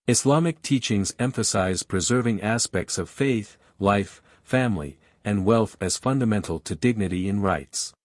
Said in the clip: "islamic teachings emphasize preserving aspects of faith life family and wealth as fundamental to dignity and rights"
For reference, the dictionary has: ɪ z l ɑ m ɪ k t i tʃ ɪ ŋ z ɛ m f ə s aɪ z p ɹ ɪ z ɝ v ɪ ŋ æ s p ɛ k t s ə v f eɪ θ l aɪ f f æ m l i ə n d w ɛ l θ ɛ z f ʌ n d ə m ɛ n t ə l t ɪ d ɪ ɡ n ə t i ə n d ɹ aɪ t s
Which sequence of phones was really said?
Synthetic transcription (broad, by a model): ɪ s l ɑ m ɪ k t i tʃ ɪ ŋ z ɛ m f ə s aɪ z p ɹ ɪ z ɝ v ɪ ŋ æ s p ɛ k t s ə v f eɪ θ l aɪ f f æ m l i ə n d w ɛ l θ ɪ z f ʌ n d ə m ɛ n t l t ɪ d ɪ ɡ n ə t i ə n ɹ aɪ t s